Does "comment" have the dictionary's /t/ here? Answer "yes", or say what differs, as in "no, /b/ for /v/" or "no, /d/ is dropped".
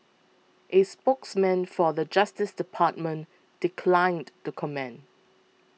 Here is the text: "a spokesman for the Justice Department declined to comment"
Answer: no, /t/ is dropped